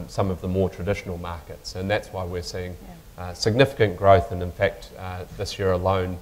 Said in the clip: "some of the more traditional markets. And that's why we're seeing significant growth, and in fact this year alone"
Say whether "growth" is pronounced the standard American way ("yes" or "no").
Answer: yes